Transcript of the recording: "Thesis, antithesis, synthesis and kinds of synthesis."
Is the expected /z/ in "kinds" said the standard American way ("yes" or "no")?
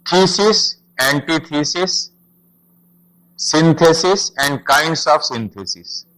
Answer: no